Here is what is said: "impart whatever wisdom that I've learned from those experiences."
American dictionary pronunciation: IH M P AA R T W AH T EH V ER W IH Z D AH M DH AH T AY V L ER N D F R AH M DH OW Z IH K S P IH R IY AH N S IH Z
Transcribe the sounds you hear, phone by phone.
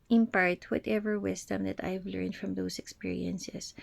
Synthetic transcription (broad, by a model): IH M P AA R T W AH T EH V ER W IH S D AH M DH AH T AY V L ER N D F R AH M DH OW S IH K S P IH R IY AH N S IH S